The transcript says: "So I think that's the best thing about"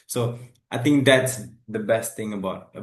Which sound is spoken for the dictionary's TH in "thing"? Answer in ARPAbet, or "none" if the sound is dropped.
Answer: T